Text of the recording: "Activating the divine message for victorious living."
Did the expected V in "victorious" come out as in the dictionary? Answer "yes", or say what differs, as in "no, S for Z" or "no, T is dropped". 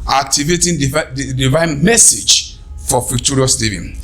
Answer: no, F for V